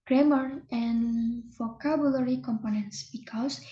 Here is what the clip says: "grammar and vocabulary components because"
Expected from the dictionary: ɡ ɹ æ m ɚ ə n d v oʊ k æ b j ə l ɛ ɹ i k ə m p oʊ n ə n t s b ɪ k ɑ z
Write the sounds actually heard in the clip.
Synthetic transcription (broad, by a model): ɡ ɹ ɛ m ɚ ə n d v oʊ k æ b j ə l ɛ ɹ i k ə m p oʊ n ə n t s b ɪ k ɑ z